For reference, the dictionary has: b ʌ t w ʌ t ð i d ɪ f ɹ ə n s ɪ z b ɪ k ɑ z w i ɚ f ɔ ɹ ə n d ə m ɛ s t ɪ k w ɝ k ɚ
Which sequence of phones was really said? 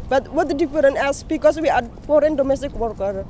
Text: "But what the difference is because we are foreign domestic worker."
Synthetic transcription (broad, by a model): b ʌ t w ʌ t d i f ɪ ɹ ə n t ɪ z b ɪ k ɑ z w i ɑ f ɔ ɹ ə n d ə m ɛ s t ɪ k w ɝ k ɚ